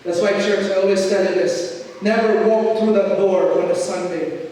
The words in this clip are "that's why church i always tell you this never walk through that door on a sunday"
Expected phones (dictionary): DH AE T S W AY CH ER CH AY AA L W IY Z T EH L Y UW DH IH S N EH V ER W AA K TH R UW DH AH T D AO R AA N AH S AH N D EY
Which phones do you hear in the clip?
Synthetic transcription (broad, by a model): DH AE T S W AY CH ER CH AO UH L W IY S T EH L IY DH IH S N EH V ER W AA K TH R UW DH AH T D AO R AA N AH S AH N D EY